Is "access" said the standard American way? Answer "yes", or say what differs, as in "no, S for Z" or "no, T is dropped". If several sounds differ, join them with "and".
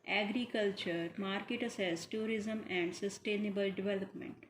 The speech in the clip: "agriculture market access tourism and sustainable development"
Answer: no, K is dropped